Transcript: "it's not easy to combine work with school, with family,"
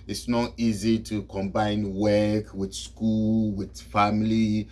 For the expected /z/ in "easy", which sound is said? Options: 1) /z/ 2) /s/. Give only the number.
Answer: 1